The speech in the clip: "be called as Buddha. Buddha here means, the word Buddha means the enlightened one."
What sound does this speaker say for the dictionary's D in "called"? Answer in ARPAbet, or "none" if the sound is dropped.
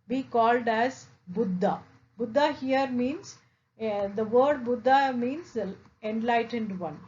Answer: D